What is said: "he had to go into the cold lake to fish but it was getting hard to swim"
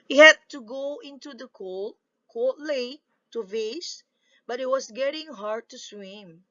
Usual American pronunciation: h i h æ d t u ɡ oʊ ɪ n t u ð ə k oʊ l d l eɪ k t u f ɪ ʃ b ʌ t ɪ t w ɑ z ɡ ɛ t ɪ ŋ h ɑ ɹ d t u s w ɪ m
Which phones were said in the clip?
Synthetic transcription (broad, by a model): h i h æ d t u ɡ oʊ ɪ n t u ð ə k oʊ l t l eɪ t u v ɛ s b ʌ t ɪ t w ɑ s ɡ ɛ t ɪ ŋ h ɑ ɹ d t u s w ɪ m